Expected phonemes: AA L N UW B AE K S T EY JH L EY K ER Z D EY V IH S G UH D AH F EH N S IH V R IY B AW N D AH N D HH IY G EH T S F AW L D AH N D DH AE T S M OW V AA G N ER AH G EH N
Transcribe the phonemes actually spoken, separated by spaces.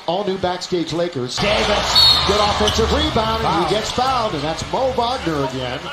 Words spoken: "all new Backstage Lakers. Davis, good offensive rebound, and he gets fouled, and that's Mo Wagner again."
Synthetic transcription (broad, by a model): AA L N UW B AE K S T EY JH L EY K ER Z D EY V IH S G UH D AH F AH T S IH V R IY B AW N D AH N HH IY G EH T S F AW N D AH N DH AE T S M OW B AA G N ER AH G EH N